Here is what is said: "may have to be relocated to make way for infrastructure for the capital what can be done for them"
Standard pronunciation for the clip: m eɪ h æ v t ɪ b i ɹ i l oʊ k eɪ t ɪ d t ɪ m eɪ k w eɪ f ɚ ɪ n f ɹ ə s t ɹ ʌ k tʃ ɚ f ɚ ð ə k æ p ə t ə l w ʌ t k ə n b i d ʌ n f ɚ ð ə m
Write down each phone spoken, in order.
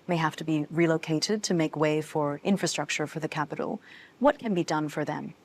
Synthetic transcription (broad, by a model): m eɪ h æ f t ɪ b i ɹ i l oʊ k eɪ t ɪ d t ɪ m eɪ k w eɪ f ɚ ɪ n f ɹ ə s t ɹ ʌ k tʃ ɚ f ɚ ð ə k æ p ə t l w ʌ t k ə n b i d ʌ n f ɚ ð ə m